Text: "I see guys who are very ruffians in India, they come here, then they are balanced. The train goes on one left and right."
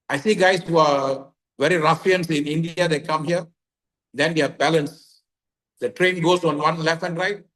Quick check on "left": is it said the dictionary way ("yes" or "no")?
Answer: no